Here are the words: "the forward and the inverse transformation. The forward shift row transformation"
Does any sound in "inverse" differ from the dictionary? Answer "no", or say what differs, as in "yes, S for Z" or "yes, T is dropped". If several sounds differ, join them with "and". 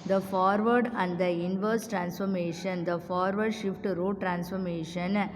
no